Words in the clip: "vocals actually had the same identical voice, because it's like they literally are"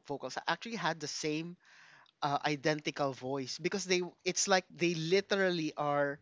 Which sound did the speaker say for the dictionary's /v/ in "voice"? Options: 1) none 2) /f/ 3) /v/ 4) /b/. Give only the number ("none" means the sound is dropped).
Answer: 3